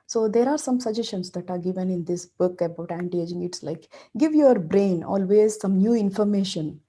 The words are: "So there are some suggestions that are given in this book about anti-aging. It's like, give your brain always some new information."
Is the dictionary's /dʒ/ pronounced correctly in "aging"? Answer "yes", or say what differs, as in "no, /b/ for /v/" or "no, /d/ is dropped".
yes